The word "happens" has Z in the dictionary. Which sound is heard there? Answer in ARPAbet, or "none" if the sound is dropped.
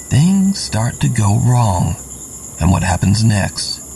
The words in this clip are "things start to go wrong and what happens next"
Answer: Z